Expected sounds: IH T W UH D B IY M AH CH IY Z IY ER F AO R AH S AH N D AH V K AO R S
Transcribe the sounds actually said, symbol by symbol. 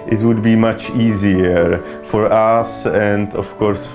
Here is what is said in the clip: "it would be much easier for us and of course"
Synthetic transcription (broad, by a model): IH T W UH D B IY M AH CH IY Z IY ER F AO R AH S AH N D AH F K AO R S